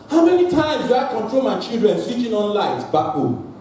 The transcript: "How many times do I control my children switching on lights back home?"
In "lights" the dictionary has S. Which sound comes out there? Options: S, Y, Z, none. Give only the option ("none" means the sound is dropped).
none